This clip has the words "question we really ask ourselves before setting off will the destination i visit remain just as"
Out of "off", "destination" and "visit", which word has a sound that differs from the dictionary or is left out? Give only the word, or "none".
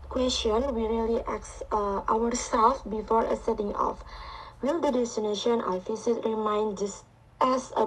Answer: visit